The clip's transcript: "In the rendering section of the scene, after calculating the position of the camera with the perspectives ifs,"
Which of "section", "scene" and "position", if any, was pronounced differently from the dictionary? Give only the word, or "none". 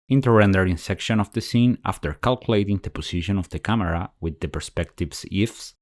position